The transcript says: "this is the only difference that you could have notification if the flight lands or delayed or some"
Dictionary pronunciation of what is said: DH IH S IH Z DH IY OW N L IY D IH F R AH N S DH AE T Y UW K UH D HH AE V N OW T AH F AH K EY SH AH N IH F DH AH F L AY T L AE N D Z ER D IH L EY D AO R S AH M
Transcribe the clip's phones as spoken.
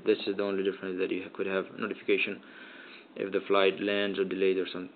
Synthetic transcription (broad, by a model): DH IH S IH Z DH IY OW N L IY D IH F R AH N S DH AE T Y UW K UH D HH AE V N OW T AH F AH K EY SH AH N IH F DH AH F L AY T L AE N D Z ER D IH L EY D AO R S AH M